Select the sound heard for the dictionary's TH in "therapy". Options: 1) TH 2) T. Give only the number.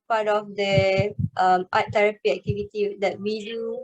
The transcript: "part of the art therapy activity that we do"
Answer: 2